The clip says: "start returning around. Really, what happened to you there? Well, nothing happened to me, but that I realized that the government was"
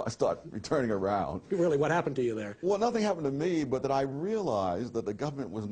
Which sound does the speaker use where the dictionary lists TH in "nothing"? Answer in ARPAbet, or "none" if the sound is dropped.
TH